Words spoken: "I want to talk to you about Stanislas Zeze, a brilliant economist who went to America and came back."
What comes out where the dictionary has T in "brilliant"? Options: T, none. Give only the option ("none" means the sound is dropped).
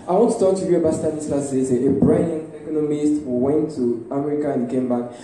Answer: none